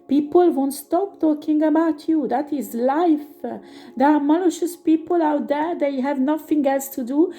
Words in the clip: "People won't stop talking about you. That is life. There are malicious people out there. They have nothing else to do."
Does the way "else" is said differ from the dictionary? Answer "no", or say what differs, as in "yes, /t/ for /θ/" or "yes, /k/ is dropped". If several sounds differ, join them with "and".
no